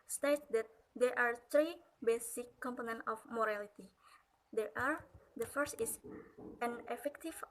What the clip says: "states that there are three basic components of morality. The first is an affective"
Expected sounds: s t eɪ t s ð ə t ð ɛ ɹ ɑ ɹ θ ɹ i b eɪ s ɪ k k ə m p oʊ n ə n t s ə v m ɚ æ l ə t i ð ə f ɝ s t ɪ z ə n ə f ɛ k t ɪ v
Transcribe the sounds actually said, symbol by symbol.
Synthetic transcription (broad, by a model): s t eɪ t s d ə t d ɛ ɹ ɑ ɹ t ɹ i b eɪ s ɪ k k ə m p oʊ n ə n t ə f m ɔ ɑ l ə t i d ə f ɝ s t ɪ s ə n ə f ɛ k t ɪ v